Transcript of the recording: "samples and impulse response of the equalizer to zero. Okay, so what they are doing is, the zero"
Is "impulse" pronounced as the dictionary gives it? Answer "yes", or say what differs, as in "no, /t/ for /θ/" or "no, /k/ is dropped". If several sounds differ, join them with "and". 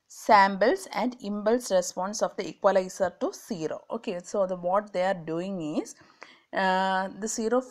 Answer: no, /b/ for /p/